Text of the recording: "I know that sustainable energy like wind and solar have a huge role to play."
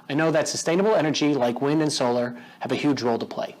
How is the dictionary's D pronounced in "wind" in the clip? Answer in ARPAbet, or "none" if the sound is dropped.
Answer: D